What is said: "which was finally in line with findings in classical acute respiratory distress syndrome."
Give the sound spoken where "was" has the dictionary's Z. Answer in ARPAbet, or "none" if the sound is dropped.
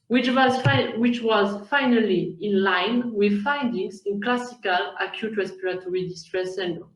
Z